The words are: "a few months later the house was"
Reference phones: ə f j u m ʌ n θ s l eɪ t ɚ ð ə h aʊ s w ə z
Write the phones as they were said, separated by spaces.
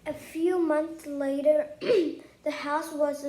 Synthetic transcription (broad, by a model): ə f j u m ʌ n θ s l eɪ t ɚ ð ə h aʊ s w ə z